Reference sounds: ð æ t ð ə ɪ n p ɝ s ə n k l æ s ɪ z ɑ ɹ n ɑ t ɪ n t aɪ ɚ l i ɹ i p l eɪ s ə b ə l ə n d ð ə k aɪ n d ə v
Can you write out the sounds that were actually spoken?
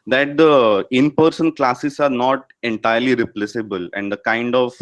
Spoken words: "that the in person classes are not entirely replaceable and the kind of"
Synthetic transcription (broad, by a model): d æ t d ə ɪ n p ɝ s ə n k l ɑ s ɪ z ɑ ɹ n ɑ t ɪ n t aɪ ɚ l i ɹ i p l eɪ s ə b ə l ə n d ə k aɪ n d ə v